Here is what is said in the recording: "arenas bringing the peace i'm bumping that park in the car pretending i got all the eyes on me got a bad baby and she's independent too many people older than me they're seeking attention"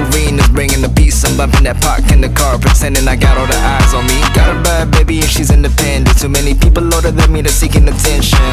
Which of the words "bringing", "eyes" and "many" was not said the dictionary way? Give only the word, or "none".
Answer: none